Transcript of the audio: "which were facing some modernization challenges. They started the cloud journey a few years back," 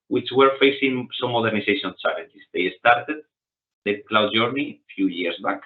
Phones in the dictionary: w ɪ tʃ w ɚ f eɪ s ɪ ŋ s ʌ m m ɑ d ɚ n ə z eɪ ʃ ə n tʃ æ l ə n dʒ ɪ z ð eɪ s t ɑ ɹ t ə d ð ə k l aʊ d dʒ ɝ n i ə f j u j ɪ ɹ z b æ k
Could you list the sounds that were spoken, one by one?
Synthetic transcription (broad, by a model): w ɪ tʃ w ɚ f eɪ s ɪ ŋ s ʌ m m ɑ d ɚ n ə s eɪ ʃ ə n s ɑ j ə n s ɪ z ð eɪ s t ɑ ɹ t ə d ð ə k l aʊ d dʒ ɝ n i f j u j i ɹ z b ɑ k